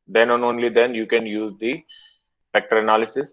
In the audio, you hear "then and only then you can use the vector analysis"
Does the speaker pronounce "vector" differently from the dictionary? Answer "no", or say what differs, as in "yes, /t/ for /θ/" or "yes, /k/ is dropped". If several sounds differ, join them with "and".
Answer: yes, /f/ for /v/